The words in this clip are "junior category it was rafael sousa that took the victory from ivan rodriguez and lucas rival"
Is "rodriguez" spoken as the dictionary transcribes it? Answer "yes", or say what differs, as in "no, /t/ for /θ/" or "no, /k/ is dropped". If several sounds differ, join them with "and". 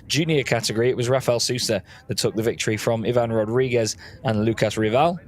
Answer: yes